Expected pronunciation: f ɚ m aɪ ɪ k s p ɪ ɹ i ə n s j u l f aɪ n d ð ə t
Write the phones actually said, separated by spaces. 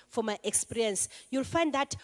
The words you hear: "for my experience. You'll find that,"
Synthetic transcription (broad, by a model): f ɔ m aɪ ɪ k s p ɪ ɹ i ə n s j u l f aɪ n d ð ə t